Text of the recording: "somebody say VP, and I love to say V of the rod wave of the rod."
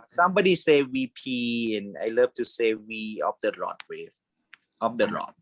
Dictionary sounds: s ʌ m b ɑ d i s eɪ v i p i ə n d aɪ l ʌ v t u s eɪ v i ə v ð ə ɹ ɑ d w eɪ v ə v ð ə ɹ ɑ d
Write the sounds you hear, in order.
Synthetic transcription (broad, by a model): s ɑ m b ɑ d i s eɪ w i p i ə n aɪ l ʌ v t u s eɪ w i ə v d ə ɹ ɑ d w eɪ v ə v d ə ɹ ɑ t